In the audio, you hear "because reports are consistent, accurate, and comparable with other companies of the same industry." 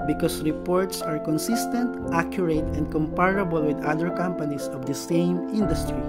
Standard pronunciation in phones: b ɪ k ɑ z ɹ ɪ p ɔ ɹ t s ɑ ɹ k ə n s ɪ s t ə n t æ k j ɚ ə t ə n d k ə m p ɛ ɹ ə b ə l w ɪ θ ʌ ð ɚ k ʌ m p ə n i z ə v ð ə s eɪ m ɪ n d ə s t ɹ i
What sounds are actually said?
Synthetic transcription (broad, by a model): b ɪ k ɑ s ɹ ɪ p ɔ ɹ t s ɑ ɹ k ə n s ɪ s t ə n t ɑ k j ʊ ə t ə n d k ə m p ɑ ɹ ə b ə l w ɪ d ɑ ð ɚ k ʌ m p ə n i s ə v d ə s eɪ m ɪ n d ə s t ɹ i